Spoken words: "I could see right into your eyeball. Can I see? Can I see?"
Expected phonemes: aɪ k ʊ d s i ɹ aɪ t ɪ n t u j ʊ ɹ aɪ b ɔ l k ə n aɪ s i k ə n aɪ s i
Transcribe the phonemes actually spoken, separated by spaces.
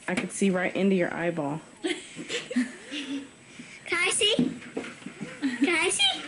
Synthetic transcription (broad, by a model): aɪ k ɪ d s i ɹ aɪ t ɪ n t u j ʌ ɹ aɪ b ɔ l k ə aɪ s i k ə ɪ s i